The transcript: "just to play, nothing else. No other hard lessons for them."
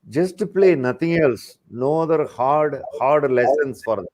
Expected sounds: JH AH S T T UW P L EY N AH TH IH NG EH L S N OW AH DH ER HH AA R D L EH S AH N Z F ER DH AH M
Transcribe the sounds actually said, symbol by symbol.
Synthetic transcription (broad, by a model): JH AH S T T UW P L EY N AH T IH NG EH L S N OW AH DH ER HH AA R D L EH S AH N S F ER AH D